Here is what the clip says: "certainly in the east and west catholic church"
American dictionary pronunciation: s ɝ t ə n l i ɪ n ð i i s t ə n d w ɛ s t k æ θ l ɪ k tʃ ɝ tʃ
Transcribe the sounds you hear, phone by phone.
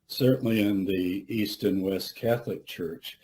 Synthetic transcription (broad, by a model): s ɝ t n l i ɪ n ð i i s t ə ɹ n w ɛ s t k æ θ l ɪ k tʃ ɝ tʃ